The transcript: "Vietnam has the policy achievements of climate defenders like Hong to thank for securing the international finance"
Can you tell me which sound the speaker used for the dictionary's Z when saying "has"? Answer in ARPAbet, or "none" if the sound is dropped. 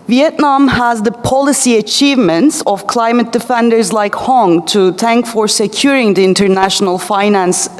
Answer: Z